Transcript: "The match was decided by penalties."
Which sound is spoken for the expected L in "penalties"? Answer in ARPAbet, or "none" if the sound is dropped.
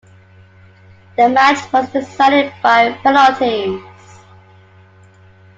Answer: none